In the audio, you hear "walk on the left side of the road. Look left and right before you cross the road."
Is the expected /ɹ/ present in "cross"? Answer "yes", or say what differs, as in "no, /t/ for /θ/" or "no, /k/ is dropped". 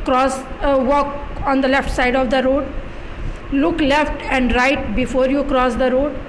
yes